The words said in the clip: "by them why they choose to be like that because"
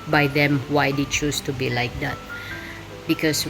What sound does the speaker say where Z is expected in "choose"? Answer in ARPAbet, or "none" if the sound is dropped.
S